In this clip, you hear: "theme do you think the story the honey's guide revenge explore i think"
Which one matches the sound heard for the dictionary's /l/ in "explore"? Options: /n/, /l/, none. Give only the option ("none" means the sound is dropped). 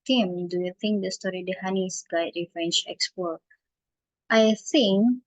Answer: none